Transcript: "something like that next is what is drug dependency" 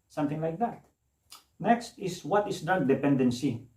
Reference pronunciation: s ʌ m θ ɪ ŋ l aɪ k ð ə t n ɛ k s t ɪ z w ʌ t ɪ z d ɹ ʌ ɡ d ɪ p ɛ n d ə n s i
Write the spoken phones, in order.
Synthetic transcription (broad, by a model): s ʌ m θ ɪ ŋ l aɪ k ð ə t n ɛ k s t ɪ s w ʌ t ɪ s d ʌ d d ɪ p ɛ n d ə n s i